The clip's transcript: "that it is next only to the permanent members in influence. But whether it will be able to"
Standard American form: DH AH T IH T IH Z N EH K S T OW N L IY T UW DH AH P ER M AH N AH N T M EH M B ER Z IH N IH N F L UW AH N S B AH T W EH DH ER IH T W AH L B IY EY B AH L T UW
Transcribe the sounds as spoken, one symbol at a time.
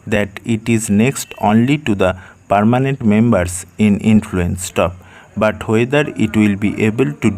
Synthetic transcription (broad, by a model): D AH T IH T IH Z N EH K S T OW N L IY T UW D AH P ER M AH N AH N T M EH M B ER S IH N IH N F L UW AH N S B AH T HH EH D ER IH T W AH L B IY EY B AH L T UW